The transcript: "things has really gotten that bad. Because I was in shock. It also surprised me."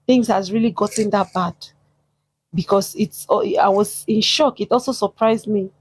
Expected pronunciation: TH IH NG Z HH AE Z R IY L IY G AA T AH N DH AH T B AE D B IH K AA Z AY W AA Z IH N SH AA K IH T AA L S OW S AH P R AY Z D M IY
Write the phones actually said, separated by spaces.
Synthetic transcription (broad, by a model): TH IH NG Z HH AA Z R IY L IY G AA T AH N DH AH T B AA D B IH K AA S AY W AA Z IH N SH AA K IH T AA L S OW S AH P R AY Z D M IY